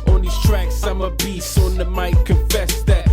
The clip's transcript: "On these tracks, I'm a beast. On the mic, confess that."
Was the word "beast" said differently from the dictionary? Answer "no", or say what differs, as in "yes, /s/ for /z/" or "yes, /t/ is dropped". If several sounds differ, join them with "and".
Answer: yes, /t/ is dropped